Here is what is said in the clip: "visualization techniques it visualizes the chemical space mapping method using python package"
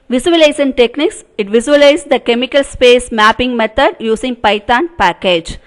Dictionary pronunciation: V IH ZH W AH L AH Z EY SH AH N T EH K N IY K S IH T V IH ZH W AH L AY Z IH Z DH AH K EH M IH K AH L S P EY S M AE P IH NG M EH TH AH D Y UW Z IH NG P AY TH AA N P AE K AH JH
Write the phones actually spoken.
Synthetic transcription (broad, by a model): V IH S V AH L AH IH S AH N T EH K N IY K S IH T V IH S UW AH L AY IH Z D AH K EH M IH K AH L S P EY S M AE P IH NG M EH T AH D Y UW S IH NG P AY T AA N P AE K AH JH